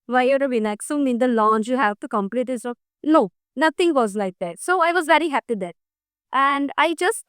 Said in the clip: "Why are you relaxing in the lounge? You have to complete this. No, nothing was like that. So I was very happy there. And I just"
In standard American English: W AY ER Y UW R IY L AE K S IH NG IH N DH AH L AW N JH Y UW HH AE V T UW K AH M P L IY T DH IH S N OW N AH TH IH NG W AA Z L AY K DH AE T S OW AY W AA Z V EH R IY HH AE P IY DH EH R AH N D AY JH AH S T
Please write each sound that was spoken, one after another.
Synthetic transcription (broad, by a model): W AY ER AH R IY N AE K S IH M IH N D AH L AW N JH Y UW HH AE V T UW K AH M P L IY T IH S N OW N AH T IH NG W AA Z L AY K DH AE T S OW AY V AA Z V EH R IY HH AE P IY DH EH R AH N D AY JH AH S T